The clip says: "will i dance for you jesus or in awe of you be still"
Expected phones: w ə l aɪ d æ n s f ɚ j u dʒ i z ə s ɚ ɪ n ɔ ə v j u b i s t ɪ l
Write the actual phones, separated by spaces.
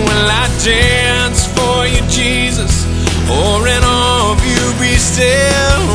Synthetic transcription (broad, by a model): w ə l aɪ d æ n s f ɚ j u dʒ i z ə s ɚ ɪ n ɔ ə v j u b i s t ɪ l